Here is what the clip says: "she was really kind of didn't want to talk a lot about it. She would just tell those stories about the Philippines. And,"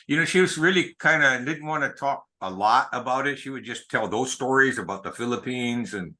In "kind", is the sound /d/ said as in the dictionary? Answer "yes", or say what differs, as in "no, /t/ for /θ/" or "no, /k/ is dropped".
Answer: yes